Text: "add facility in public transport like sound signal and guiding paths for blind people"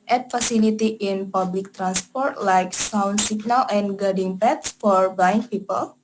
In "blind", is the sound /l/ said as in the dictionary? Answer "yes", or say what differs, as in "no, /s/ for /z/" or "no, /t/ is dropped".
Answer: no, /l/ is dropped